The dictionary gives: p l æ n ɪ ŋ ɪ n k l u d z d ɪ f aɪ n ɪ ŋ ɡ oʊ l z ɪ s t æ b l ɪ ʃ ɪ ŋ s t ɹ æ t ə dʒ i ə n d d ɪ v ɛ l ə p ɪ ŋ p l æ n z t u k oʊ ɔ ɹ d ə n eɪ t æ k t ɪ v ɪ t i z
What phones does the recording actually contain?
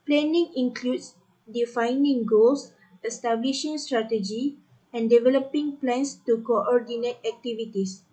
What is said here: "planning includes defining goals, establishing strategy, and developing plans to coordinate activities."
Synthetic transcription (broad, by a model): p l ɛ n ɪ ŋ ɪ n k l u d s d ɪ f aɪ n ɪ ŋ ɡ oʊ l s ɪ s t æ b l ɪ ʃ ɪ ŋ s t ɹ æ t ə dʒ i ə n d d ɪ v ɛ l ə p ɪ ŋ p l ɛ n s t u k oʊ ɔ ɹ d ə n eɪ t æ k t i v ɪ t i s